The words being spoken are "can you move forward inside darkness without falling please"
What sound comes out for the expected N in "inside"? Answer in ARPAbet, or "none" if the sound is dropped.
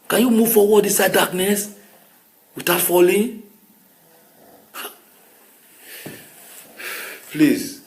none